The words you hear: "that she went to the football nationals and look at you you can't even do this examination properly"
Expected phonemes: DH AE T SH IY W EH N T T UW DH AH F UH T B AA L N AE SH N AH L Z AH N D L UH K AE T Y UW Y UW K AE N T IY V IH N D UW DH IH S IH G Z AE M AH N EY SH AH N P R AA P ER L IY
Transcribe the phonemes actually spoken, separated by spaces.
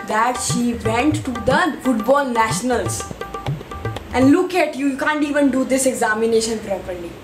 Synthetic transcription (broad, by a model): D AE T SH IY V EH N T T UW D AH F UH T B AA L N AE SH N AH L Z AH N D L UH K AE T Y UW Y UW K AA N T IY V IH N D UW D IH S IH G Z AE M AH N EY SH AH N P R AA P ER L IY